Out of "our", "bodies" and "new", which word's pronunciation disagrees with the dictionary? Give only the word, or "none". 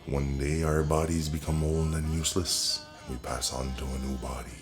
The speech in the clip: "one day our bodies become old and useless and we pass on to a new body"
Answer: none